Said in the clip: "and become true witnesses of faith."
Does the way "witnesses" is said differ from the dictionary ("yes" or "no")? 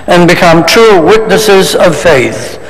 no